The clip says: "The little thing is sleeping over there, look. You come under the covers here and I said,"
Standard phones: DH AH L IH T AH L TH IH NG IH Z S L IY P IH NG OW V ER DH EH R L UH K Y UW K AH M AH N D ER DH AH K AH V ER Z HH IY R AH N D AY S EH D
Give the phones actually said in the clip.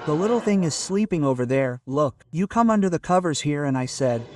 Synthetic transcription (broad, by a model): DH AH L IH T L TH IH NG IH Z S L IY P IH NG OW V ER DH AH R L UH K Y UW K AH M AH N D ER DH AH K AH V ER Z HH IY R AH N AY S EH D